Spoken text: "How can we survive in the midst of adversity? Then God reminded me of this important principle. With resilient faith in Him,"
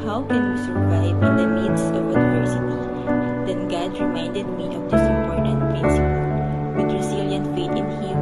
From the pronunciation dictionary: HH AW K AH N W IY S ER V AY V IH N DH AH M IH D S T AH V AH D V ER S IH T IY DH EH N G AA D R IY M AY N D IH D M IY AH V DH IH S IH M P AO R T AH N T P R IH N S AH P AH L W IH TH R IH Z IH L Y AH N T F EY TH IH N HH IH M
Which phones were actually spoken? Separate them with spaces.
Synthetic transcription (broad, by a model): HH AW K AH N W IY S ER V AY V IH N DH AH M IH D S AH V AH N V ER S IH T IY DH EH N G AA D R IY M AY N D IH D M IY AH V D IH S IH M P AO R T AH N T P R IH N S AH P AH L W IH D R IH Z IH L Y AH N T F EY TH IH N HH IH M